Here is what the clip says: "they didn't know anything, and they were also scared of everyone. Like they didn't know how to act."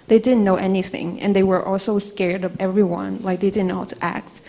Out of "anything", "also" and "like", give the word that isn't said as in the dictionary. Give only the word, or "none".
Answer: none